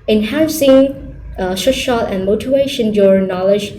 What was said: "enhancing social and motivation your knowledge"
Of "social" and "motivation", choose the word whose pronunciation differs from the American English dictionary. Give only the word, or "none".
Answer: social